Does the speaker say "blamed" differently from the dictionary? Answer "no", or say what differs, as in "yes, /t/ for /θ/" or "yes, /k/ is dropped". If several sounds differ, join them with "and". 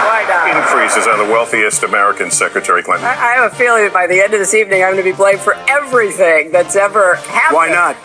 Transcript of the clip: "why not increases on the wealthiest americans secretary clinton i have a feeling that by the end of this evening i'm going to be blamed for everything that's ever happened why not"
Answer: yes, /m/ is dropped